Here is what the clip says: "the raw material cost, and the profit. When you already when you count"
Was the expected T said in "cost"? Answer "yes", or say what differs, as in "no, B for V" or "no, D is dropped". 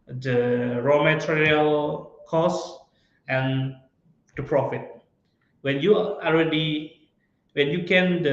no, T is dropped